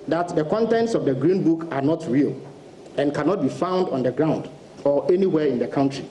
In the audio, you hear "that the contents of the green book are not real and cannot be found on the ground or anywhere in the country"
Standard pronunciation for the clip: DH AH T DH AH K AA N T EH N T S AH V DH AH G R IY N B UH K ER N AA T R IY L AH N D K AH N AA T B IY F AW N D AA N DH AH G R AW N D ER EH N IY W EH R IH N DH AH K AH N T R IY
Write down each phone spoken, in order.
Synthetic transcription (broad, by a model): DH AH T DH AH K AA N T EH N T S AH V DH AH G R IY N B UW K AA N AA T R IY L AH N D K AH N AA T B IY F AW N D AA N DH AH G R AW N D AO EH N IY W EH IH N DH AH K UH N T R IY